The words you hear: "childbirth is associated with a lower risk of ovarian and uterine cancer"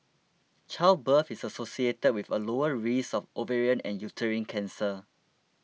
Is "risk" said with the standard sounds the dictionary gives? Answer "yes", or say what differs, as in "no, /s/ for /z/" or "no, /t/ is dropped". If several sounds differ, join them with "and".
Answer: no, /k/ is dropped